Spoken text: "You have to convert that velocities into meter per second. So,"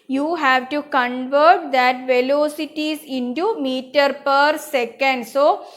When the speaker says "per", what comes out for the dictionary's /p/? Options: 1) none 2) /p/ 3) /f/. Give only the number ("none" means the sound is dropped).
2